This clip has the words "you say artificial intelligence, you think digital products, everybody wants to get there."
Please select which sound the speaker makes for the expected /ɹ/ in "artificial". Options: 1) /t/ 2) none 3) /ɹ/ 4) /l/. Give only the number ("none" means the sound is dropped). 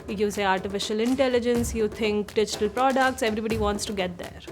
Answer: 3